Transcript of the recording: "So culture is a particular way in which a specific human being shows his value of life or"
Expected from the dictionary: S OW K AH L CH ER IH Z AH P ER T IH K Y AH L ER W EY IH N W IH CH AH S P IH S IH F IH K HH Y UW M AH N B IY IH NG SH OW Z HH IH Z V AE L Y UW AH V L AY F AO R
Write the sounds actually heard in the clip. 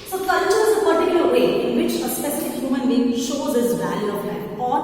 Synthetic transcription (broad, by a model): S OW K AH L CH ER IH S AH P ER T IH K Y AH ER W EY IH N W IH CH AH S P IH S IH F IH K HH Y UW M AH N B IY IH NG SH OW Z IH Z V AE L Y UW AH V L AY AO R